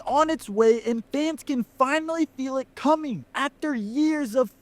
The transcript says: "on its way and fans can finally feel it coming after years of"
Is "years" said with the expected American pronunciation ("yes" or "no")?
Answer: yes